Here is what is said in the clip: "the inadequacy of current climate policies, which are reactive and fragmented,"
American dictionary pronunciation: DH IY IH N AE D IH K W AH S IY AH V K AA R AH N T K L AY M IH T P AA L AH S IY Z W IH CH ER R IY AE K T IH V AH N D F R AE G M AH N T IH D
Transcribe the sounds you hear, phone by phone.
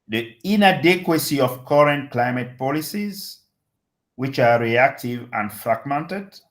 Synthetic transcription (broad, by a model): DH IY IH N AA D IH K W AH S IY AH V K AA R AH N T K L AY M IH T P AA L AH S IY Z W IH CH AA R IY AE K T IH V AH N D F R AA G M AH N T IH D